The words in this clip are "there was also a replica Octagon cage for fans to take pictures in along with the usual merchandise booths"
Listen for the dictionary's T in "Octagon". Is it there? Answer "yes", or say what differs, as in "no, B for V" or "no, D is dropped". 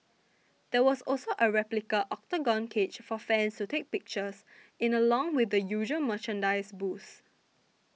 yes